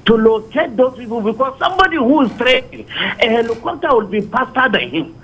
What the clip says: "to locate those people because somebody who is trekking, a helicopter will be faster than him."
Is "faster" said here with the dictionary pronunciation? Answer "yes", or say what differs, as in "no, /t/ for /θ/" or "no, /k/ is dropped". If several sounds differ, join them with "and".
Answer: no, /p/ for /f/